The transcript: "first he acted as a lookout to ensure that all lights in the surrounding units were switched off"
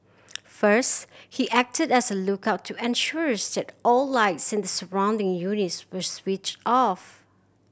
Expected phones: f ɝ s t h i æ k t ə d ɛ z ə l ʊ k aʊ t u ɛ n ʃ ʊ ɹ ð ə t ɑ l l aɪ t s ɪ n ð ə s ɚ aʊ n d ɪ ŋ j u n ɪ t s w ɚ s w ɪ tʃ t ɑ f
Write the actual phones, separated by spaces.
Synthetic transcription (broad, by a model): f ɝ s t h i æ k t ə d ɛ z ə l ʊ k aʊ t u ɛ n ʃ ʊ ɹ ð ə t ɑ l l aɪ t s ɪ n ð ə s ɚ aʊ n d ɪ ŋ j u n ɪ t s w ɚ s w ɪ tʃ t ɑ f